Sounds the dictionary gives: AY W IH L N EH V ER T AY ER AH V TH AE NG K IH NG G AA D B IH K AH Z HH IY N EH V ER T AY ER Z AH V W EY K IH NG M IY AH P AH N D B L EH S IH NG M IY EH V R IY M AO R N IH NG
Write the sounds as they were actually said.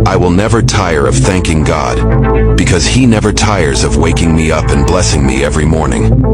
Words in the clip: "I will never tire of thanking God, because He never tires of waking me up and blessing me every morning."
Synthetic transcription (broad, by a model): AY W IH L N EH V ER T AY ER AH V TH AE NG K IH NG G AA D B IH K AH Z HH IY N EH V ER T AY ER Z AH V W EY K IH NG M IY AH P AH N B L EH S IH NG M IY EH V R IY M AO R N IH NG